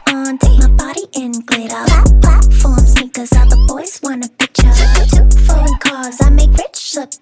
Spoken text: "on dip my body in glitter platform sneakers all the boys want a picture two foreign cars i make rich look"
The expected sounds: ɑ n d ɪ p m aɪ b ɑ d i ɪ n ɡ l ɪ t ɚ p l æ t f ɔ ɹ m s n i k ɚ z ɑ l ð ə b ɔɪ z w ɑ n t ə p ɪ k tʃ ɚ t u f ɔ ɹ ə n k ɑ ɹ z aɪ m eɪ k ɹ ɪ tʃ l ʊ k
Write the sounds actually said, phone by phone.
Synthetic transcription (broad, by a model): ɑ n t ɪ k m aɪ b ɑ d i ɪ n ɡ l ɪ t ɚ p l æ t f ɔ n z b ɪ k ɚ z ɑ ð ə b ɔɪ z w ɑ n ə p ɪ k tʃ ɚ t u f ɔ l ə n k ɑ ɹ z aɪ m eɪ k ɹ ɪ tʃ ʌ